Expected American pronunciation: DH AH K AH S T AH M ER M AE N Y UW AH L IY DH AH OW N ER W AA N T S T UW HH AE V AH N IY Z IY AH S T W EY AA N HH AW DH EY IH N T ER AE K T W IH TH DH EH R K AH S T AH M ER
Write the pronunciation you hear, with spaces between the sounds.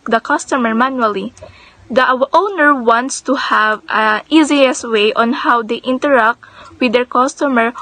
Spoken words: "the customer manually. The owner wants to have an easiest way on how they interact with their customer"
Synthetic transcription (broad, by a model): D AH K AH S T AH M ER M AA N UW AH L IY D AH OW N ER W AA N T S T UW HH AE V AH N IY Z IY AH S W EY AA N HH AW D EY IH N T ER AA K T W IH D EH R K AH S T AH M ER